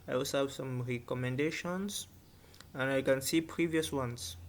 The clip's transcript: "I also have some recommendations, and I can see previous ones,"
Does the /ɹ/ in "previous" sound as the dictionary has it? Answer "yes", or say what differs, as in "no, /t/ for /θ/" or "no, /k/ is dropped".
yes